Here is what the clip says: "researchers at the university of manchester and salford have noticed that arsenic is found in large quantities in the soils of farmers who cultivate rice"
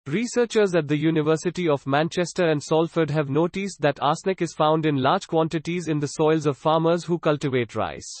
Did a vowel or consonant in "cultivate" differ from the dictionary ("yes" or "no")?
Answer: no